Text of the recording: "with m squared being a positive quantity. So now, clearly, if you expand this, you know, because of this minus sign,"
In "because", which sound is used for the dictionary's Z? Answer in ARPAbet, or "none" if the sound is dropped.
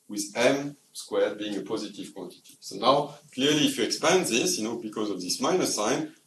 Z